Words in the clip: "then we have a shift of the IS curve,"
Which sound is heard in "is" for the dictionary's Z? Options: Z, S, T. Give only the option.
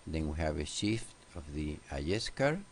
S